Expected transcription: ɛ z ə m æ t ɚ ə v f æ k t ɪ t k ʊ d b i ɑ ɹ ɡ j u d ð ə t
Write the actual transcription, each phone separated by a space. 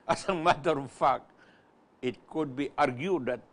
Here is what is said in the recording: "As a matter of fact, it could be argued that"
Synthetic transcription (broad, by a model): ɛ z ə m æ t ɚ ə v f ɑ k ɪ t k ʊ d b i ɑ ɹ ɡ j u d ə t